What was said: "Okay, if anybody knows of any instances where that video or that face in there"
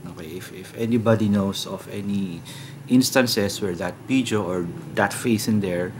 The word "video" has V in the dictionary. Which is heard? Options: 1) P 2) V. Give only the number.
1